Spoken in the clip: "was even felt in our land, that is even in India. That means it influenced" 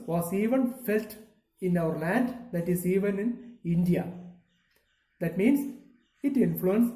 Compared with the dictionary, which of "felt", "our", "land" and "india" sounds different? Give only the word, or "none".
none